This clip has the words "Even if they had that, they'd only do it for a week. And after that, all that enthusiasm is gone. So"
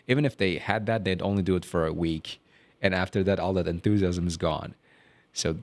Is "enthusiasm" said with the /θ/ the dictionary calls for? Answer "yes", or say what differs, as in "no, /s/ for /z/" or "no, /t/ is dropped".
yes